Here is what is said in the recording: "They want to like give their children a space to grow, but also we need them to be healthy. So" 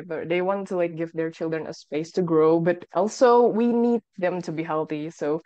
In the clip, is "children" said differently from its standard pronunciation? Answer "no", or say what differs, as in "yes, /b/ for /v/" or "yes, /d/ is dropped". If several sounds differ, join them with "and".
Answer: no